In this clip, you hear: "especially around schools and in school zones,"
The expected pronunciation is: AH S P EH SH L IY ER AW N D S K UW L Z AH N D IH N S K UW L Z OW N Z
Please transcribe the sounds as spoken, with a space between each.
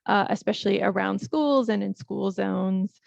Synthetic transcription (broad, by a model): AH S P EH SH L IY ER AW N D S K UW L Z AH N IH N S K UW L Z OW N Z